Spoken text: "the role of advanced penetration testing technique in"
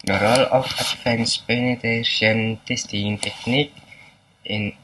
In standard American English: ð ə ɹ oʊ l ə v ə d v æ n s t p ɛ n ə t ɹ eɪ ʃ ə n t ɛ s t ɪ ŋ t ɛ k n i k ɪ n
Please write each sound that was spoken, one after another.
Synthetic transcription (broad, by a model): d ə ɹ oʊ l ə f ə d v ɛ n s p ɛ n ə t eɪ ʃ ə n t ɛ s t ɪ ŋ t ɛ k n i k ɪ n